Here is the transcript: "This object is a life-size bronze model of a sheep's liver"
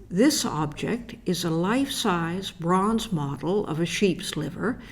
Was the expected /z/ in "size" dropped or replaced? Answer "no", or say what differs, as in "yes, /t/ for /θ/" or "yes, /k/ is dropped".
no